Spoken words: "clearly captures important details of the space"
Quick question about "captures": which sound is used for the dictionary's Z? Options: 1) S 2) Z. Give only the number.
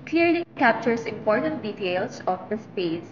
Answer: 1